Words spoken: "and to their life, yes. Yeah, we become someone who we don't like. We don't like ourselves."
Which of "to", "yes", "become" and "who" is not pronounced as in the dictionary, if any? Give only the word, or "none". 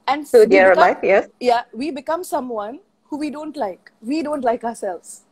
to